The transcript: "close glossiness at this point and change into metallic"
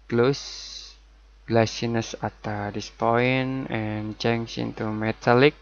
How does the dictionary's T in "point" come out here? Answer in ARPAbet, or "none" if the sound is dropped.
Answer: none